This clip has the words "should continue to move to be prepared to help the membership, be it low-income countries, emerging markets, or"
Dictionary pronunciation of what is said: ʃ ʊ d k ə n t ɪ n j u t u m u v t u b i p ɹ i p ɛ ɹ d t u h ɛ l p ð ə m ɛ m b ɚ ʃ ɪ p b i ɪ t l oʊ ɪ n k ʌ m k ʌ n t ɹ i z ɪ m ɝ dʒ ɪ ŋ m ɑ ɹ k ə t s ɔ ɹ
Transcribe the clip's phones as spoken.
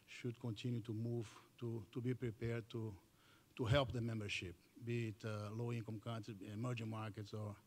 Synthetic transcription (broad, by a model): ʃ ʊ d k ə n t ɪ n j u t u m u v t u b i p ɹ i p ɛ ɹ d t u h ɛ l p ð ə m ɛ m b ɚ ʃ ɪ p b i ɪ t l oʊ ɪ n k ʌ m k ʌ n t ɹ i ɪ m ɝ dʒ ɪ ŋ m ɑ ɹ k ə t s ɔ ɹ